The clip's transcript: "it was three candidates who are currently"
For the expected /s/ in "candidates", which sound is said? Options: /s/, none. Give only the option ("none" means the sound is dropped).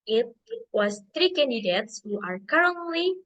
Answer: /s/